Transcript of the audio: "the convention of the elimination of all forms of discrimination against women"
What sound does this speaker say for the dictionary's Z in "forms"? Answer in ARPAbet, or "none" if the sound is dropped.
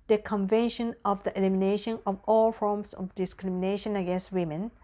S